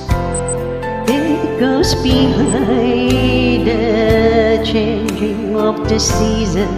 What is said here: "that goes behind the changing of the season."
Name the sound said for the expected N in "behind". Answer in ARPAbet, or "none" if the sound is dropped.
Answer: none